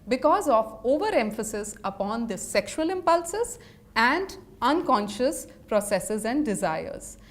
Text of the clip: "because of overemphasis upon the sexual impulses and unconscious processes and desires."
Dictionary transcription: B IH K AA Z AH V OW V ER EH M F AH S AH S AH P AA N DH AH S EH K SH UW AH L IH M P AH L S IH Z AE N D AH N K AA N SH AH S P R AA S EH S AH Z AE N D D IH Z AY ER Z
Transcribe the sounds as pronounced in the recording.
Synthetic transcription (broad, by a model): B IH K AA Z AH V OW V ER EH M F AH S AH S AH P AA N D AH S EH K SH UW AH L IH M P AH L S IH Z AE N D AH N K AA N SH AH S P R AA S EH S AH Z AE N D D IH Z AY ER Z